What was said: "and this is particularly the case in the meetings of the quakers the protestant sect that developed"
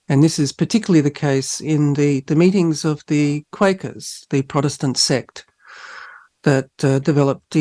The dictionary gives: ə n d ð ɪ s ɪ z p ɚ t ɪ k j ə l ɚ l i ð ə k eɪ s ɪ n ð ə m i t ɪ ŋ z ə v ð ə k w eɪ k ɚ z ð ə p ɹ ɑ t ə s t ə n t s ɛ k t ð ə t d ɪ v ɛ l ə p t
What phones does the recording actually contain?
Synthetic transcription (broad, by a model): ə n ð ɪ s ɪ z p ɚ t ɪ k j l l i ð ə k eɪ s ɪ n ð ə m i t ɪ ŋ z ə v ð ə k w eɪ k ɚ z ð ə p ɹ ɑ t ə s t ə n t s ɛ k t ð ə t d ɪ v ɛ l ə p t